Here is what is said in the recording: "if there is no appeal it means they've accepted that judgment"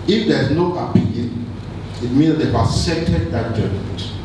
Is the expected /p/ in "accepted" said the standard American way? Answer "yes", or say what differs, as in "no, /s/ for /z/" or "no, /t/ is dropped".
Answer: no, /p/ is dropped